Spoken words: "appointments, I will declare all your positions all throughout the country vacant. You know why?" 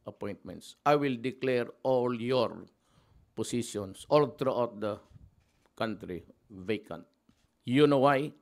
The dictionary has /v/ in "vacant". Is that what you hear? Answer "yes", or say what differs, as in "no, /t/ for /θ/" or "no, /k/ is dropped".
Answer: yes